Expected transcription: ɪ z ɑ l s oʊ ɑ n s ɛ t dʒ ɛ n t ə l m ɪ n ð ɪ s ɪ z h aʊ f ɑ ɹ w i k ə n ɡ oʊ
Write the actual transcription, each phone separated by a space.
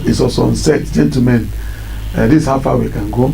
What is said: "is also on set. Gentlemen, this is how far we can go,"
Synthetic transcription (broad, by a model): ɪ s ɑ s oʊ ɑ n s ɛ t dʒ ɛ n t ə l m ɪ n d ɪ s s h aʊ f ɑ w i k ə n ɡ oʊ